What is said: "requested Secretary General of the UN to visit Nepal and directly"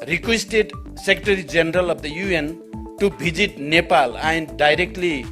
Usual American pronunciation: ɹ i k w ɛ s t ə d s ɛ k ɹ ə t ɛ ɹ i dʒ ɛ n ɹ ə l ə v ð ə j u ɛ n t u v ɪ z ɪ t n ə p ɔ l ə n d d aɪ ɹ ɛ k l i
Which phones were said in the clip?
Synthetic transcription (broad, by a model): ɹ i k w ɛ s t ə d s ɛ k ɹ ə t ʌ ɹ i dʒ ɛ n ɹ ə l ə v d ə j u ɛ n t u b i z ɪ t n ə p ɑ l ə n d d aɪ ɹ ɛ k l i